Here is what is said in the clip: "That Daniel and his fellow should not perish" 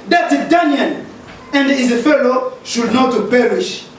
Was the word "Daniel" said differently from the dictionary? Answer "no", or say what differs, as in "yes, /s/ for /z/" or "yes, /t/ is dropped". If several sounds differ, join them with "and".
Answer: yes, /n/ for /l/